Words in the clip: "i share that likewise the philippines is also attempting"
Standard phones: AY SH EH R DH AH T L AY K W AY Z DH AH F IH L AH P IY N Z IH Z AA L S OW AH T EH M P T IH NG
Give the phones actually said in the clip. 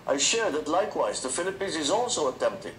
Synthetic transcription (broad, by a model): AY SH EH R DH AH T L AY K W AY Z DH AH F IH L AH P IY N Z IH Z AA L S OW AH T EH M P T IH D